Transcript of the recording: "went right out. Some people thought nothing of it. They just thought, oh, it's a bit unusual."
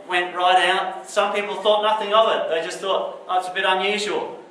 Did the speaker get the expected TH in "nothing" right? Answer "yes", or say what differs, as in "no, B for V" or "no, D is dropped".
yes